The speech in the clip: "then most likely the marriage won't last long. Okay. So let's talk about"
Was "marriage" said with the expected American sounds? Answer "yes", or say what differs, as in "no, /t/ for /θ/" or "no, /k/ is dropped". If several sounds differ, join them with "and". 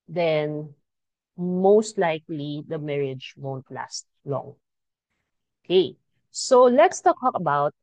yes